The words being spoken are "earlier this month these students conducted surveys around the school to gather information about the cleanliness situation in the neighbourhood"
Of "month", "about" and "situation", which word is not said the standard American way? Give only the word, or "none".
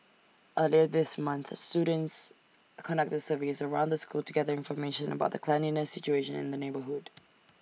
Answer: none